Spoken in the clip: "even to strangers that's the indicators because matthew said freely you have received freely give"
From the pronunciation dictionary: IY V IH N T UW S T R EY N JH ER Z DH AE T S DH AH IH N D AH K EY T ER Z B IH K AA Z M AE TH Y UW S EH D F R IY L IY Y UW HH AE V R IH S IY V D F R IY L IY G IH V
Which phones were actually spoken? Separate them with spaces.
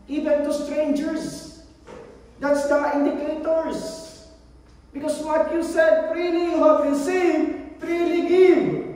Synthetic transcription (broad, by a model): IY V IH N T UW S T R EY N JH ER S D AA T S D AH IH N D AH K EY T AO S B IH K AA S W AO T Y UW S EH D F R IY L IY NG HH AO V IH S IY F R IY L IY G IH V